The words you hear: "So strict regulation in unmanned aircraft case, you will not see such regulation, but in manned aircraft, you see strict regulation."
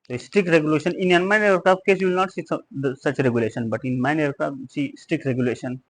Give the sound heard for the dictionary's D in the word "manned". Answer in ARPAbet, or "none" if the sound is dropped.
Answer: none